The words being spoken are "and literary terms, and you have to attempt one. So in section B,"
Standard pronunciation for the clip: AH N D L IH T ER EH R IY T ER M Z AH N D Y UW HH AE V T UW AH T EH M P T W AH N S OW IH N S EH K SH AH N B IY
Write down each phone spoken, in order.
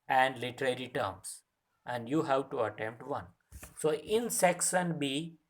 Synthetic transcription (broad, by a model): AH N D L IH T ER EH R IY T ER M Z AH N D Y UW HH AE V T UW AH T EH M P T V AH N S OW IH N S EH K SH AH N B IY